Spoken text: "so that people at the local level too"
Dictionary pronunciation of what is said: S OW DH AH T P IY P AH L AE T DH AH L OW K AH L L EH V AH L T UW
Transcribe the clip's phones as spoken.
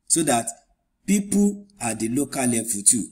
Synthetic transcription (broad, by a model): S OW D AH T P IY P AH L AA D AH L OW K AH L L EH F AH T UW